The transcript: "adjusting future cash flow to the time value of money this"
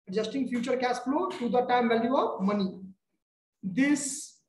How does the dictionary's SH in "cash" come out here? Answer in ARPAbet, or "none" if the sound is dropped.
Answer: S